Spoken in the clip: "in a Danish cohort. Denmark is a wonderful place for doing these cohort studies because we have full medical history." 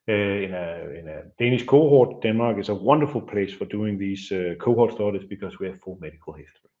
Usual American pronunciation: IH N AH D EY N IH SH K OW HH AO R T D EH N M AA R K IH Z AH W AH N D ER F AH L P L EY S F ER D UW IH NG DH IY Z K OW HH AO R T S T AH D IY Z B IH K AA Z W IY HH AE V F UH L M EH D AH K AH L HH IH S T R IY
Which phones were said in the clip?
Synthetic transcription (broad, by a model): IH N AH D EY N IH S K OW HH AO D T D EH N M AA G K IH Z AH W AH N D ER F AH L P L EY S F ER D UW IH NG DH IY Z K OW HH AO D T S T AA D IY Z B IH K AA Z W IY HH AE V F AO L M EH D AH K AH L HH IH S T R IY